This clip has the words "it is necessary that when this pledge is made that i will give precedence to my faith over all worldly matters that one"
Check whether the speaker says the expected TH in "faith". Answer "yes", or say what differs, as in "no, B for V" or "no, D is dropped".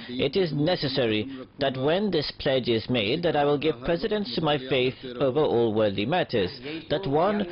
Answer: yes